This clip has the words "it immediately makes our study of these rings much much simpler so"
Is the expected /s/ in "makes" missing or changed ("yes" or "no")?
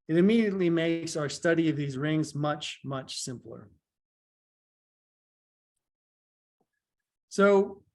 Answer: no